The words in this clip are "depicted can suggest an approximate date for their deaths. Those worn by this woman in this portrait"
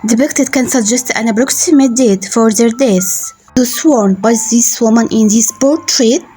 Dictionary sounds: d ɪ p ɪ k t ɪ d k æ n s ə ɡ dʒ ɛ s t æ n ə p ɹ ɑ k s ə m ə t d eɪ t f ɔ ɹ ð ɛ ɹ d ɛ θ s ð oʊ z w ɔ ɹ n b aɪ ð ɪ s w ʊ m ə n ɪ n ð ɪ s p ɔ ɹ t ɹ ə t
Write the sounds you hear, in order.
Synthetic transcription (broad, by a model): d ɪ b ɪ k t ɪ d k æ n s ə ɡ dʒ ɛ s t æ n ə b ɹ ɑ k s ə m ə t d eɪ t f ɔ ɹ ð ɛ ɹ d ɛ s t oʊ s w ɔ ɹ n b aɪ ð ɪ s w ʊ m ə n ɪ n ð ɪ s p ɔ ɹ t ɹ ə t